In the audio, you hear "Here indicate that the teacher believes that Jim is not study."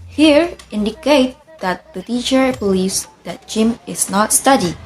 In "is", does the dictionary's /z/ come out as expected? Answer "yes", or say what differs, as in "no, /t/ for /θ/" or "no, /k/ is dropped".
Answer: no, /s/ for /z/